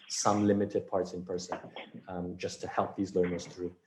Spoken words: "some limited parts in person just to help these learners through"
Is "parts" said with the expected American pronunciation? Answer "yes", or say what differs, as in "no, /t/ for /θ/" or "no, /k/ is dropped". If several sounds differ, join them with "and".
yes